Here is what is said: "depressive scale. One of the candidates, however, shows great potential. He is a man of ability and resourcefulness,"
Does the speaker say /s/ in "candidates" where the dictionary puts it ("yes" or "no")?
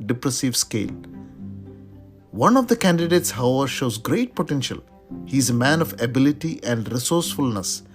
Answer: yes